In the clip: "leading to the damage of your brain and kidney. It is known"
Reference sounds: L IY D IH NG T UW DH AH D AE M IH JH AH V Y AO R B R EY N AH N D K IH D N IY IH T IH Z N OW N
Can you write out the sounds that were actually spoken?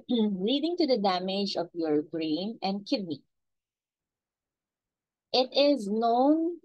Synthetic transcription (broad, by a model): L IY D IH NG T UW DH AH D AE M IH JH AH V Y AO R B R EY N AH N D K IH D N IY IH T IH Z N OW N